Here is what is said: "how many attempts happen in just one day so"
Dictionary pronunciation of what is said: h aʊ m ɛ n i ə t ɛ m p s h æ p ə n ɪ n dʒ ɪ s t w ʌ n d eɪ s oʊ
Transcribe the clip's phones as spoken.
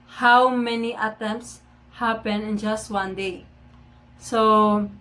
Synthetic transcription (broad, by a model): h aʊ m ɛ n i ə t ɛ m p s h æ p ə n ɪ n dʒ ɪ s t w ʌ n d eɪ s oʊ